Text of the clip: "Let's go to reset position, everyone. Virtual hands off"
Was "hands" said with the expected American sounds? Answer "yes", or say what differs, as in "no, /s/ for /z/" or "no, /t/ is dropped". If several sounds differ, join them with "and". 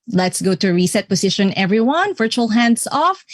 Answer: no, /s/ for /z/